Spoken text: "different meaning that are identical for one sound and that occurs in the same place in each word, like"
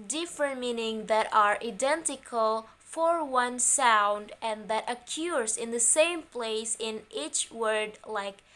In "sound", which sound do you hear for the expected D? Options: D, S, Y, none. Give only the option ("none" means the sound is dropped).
D